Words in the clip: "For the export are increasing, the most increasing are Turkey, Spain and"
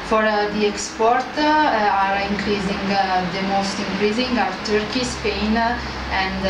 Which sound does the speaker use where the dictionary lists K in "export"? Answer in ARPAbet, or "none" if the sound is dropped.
K